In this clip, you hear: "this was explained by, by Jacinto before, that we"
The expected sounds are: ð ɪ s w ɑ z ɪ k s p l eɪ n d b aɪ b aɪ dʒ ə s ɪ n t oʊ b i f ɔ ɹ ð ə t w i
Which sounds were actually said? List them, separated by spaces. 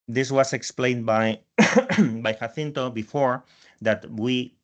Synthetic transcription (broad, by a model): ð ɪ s w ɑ s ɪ k s p l eɪ n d b aɪ b aɪ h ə θ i n t oʊ b i f ɔ ɹ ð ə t w i